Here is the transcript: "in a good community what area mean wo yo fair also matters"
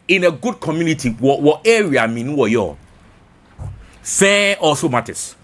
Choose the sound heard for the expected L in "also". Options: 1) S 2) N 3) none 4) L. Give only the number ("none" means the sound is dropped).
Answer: 3